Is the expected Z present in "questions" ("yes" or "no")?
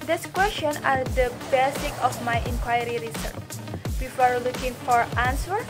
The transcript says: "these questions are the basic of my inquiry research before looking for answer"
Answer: no